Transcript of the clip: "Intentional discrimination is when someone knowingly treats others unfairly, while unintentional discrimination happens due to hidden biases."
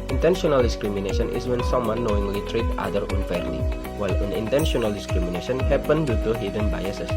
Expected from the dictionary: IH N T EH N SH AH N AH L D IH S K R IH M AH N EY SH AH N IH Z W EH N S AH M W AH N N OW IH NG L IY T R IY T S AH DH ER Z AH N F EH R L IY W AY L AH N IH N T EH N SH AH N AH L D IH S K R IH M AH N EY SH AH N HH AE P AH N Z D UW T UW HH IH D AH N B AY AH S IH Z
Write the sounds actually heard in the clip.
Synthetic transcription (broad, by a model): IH N T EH N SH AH N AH L D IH S K R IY M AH N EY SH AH N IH S W EH N S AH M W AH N N OW IH NG L IY T R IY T AA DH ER AH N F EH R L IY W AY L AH N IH N T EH N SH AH N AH L D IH S K R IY M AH N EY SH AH N HH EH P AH N D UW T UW HH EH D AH N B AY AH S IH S